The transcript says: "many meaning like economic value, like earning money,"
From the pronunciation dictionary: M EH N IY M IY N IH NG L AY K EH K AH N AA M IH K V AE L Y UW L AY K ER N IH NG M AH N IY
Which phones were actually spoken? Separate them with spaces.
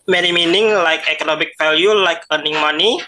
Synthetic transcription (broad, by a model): M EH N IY M IY N IH NG L AY K EH K AH N AA M IH K F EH L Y UW L AY K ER N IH NG M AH N IY